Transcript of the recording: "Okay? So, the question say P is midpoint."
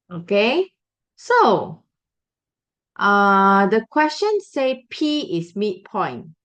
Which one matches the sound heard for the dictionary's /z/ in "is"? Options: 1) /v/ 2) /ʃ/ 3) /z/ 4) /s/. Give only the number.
4